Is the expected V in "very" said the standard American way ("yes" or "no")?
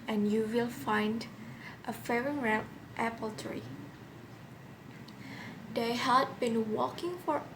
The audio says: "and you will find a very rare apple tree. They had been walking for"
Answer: no